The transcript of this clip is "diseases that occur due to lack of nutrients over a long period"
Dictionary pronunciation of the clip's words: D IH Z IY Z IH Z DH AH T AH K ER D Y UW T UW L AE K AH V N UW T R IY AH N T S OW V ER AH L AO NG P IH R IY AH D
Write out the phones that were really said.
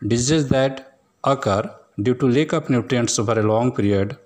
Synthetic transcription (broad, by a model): D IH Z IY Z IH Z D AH T AH K ER D Y UW T UW L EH K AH P N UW T R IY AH N T S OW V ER AH L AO NG P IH R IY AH D